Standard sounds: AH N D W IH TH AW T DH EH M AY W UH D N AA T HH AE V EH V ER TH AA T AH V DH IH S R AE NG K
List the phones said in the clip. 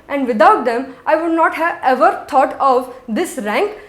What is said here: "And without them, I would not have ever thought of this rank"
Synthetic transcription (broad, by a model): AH N D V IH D AW T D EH M AY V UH D N AA T HH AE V EH V ER T AA T AH V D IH S R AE NG K